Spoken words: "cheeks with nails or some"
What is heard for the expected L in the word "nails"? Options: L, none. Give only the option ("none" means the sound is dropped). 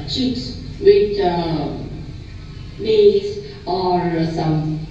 none